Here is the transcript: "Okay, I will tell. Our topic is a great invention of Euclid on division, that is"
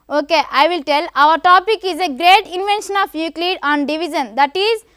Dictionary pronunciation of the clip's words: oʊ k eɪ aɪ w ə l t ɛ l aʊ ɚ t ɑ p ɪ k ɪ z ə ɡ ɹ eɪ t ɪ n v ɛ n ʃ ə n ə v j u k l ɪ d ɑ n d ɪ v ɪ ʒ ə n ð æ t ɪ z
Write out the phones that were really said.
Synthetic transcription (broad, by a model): oʊ k eɪ aɪ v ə l t ɛ l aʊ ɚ t ɑ p ɪ k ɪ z ə ɡ ɹ eɪ t ɪ n v ɛ n ʃ ə n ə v j u k l ɪ d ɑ n d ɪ v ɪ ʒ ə n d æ t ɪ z